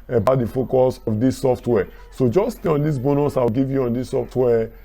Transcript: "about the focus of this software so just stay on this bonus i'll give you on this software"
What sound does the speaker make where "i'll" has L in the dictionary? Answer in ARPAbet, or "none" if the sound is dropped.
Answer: W